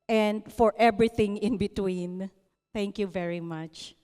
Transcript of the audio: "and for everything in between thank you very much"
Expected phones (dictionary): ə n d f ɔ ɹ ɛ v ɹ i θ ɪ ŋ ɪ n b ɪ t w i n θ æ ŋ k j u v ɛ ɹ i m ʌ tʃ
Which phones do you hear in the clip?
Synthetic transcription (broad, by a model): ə n d f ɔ ɹ ɛ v ɹ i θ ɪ ŋ ɪ n b ɪ t w i n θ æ ŋ k j u v ɛ ɹ i m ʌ tʃ